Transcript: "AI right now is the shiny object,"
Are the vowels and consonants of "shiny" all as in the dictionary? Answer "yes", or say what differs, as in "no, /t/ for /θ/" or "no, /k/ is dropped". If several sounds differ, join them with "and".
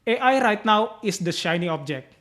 yes